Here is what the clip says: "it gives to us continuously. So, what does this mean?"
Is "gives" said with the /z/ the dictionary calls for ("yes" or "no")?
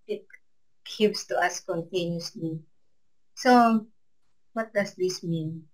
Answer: no